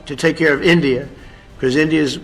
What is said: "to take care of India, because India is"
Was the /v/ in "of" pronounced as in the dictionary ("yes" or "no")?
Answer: yes